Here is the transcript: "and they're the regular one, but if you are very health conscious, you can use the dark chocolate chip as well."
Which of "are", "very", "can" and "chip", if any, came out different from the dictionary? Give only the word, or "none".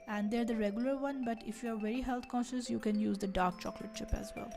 chip